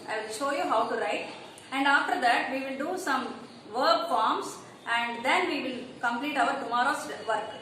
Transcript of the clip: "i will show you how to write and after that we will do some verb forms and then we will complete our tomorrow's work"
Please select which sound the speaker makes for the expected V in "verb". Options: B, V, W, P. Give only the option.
V